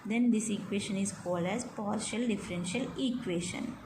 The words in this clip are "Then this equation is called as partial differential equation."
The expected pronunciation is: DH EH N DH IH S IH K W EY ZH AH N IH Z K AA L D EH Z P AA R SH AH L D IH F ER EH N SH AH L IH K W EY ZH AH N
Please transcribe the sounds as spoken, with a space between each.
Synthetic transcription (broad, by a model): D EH N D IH S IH K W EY SH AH N IH Z K AA L D EH Z P AA R SH AH L D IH F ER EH N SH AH L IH K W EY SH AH N